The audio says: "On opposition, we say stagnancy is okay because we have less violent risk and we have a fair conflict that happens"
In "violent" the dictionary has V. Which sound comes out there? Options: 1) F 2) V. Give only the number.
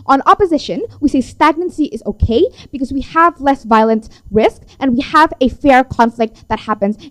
2